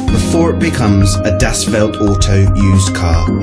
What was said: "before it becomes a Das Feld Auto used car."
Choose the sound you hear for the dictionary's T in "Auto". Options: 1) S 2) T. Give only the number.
2